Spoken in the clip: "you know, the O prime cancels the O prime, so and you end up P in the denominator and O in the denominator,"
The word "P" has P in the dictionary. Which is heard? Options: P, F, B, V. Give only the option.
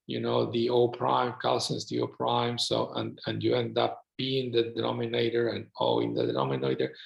B